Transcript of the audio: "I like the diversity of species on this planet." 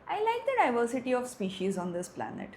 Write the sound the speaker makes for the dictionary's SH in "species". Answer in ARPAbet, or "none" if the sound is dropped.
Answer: SH